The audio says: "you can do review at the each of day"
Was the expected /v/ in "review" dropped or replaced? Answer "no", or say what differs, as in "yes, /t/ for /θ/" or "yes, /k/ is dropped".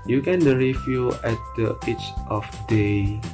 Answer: yes, /f/ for /v/